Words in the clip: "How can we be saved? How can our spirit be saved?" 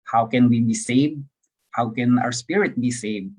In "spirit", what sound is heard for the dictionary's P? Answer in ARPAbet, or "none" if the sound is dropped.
P